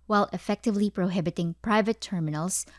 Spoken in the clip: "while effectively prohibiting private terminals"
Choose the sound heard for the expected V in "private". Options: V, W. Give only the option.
V